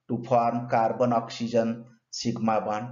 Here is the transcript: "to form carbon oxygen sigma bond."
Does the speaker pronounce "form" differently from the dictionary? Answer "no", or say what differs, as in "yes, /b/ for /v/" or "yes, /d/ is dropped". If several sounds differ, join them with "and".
yes, /p/ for /f/